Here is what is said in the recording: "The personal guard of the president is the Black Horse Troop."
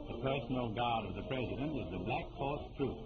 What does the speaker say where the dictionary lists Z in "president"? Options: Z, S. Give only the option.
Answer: Z